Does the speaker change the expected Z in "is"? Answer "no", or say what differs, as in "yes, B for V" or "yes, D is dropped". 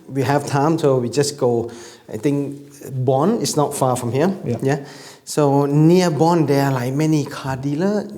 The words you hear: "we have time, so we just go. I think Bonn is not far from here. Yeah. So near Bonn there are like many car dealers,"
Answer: yes, S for Z